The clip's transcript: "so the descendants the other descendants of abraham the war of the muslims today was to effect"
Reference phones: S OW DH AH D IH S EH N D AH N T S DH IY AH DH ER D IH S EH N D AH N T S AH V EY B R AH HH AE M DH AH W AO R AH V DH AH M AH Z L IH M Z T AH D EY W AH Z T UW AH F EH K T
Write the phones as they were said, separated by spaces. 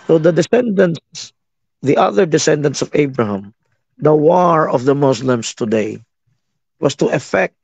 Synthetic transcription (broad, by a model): S OW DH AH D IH S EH N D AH N S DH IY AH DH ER D IH S EH N D AH N T S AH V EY B R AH HH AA M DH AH W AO R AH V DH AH M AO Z L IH M S T AH D EY W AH S T UW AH F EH K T